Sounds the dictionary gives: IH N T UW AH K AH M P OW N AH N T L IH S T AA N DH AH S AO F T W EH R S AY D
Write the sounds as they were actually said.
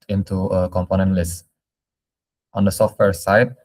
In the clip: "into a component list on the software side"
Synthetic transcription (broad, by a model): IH N T UW AH K AH M P OW N AH N T L IH S T AA N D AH S AO F T W EH R S AY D